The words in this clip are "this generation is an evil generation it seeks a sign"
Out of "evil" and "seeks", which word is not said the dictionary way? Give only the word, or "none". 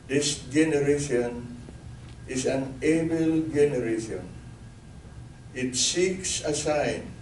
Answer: evil